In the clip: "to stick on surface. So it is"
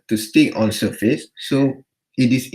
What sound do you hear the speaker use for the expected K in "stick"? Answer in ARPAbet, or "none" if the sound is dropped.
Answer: none